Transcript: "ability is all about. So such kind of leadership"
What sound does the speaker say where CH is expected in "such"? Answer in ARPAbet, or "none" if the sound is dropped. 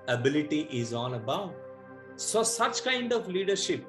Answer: CH